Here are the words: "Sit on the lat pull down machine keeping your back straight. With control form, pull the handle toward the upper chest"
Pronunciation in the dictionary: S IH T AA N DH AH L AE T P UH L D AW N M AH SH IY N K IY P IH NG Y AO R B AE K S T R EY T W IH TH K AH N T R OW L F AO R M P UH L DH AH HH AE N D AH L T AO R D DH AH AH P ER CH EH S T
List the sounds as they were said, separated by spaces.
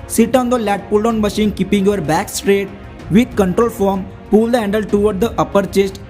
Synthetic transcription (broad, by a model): S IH T AA N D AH L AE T P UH L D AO N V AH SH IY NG K IY P IH NG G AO R B AE K S T R EY T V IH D K AH N T R OW L F AO R M P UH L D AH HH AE N D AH L T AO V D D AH AH P ER CH EH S T